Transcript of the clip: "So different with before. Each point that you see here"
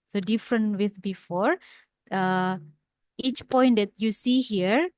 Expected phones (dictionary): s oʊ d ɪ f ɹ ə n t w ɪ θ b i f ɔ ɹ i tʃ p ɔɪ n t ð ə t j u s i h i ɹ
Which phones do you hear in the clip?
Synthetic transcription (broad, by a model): s oʊ d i f ɹ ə n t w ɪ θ b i f ɔ ɹ i tʃ p ɔɪ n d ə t j u s i h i ɹ